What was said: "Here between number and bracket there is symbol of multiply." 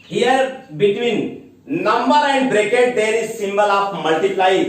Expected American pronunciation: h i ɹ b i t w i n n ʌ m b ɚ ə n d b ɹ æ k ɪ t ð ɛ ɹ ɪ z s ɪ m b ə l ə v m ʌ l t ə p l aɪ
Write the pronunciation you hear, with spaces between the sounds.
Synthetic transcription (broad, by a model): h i ɹ b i t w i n n ʌ m b ɚ ə n d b ɹ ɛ k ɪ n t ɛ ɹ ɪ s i m b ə l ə p m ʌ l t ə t l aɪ